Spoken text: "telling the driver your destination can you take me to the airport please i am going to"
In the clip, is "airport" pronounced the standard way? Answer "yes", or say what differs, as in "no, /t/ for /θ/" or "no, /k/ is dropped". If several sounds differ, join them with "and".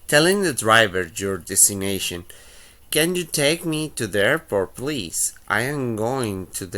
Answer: no, /f/ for /p/